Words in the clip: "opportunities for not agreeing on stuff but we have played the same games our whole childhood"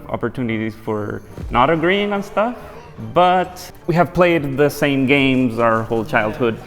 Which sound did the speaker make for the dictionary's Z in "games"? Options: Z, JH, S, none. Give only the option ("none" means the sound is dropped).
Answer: Z